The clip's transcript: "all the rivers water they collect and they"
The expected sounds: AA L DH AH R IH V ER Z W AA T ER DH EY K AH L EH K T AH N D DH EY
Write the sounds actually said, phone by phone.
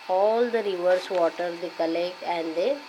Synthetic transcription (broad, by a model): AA L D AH R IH V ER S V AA T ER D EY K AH L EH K AH N D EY